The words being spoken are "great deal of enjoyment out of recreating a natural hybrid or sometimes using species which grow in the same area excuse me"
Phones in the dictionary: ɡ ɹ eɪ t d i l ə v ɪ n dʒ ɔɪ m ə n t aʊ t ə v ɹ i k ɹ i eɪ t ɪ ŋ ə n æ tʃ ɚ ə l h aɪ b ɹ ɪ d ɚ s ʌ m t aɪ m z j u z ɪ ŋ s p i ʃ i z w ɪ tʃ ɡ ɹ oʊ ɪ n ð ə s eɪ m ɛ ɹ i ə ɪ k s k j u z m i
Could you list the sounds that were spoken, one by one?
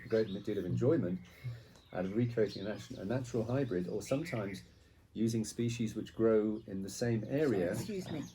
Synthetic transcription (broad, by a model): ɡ ɹ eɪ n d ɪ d ə v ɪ n dʒ ɔɪ m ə n t aʊ t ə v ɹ i k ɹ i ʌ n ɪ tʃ ə n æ tʃ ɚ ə l h aɪ b ɹ ɪ d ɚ s ʌ m t aɪ m z j u z ɪ ŋ s p i ʃ i z w ɪ tʃ ɡ ɹ oʊ ɪ n ð ə s eɪ m ɛ ɹ i ə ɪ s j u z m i